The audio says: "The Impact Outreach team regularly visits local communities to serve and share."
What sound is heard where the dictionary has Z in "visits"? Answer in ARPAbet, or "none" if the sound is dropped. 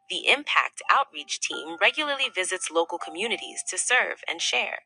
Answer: Z